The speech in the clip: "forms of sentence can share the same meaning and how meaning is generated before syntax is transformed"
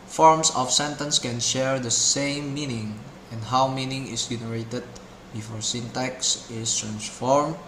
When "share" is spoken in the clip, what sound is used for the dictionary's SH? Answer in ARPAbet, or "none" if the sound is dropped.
SH